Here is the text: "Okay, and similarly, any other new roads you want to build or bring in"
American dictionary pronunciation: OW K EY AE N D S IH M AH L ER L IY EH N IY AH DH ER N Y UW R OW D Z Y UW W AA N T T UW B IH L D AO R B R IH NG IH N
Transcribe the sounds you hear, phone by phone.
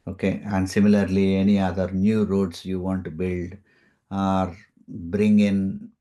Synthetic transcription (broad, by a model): OW K EY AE N D S IH M AH L ER L IY EH N IY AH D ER N Y UW R OW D S Y UW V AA N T T UW B IH L D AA R B R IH NG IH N